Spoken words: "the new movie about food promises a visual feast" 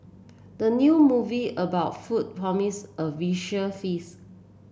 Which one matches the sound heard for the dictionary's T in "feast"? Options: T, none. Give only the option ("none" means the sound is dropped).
none